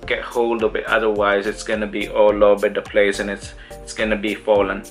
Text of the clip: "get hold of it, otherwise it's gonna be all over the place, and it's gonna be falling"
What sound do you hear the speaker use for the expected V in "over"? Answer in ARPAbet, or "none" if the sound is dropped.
B